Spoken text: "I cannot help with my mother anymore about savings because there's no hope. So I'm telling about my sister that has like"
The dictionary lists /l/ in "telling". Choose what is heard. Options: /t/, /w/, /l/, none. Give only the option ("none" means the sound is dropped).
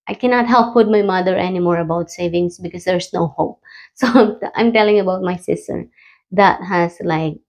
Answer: /l/